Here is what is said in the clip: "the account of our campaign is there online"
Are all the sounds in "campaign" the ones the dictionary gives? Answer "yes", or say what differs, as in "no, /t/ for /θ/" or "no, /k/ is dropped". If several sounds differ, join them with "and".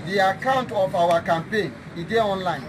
yes